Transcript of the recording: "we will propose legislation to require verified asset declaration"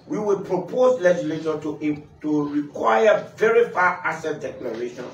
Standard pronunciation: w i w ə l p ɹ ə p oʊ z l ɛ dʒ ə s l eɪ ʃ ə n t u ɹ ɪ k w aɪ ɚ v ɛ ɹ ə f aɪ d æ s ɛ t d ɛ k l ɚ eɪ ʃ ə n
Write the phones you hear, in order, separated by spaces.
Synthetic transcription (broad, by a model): w i w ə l p ɹ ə p oʊ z l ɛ dʒ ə s l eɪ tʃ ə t t u ɹ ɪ k w aɪ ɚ v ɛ ɹ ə f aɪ ɑ s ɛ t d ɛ k l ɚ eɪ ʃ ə n